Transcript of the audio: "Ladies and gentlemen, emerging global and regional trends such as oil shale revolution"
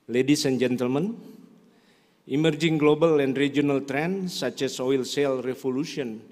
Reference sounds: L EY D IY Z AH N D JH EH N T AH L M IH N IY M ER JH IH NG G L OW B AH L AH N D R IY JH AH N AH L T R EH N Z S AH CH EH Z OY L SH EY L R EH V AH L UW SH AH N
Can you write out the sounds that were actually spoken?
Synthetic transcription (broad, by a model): L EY D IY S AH N JH EH N T AH L M IH N IY M ER JH IH NG G L OW B AH L AH N D R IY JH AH N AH L T R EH N S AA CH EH S OY L S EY L R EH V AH L UW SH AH N